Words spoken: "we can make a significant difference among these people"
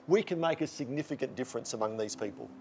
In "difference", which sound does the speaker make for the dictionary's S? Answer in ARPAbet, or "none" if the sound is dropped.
S